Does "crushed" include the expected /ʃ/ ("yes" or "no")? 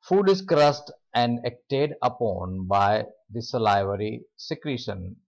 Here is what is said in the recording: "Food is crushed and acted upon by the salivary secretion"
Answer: no